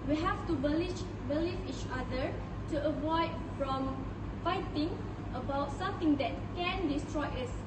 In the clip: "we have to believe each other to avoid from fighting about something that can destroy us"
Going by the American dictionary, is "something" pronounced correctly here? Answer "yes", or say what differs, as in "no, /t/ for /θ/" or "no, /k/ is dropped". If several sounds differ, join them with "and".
no, /t/ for /θ/